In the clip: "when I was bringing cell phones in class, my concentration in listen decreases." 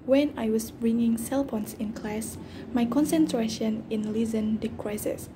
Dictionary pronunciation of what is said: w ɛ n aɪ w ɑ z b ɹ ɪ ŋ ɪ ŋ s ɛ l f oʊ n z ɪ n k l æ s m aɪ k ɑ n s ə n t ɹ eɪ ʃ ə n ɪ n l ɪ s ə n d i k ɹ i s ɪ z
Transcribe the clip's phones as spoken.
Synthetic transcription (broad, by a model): w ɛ n aɪ w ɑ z b ɹ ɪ ŋ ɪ ŋ s ɛ l p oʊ n s ɪ n k l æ s m aɪ k ɑ n s ə n t ɹ eɪ ʃ ə n ɪ n l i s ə n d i k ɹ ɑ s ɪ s